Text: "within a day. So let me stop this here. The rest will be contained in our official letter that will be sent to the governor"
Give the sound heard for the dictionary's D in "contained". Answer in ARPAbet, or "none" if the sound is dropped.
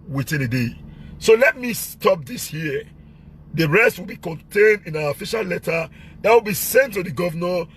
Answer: D